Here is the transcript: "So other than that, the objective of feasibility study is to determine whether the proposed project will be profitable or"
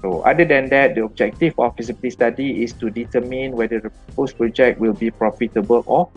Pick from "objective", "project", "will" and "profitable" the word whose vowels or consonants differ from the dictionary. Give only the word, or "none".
objective